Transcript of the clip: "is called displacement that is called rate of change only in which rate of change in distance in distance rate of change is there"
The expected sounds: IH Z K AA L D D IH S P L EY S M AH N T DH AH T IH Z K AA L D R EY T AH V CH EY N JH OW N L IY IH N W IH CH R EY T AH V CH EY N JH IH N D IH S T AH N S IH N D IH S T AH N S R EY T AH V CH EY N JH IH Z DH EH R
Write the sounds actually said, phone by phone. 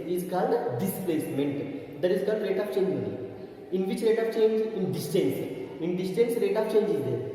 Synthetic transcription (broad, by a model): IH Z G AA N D D IH S P L EY S M AH N T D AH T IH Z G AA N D R EY T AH P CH EY N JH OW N IY IH N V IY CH R EY T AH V CH EY N JH IH N D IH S T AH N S IH N D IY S T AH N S R EY T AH P CH EY N JH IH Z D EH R